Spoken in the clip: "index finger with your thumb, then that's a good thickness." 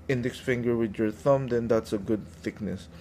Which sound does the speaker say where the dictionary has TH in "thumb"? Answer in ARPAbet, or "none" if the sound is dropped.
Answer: TH